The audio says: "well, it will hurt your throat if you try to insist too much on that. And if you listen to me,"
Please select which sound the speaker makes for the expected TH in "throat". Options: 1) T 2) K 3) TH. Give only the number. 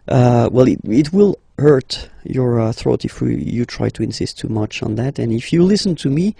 3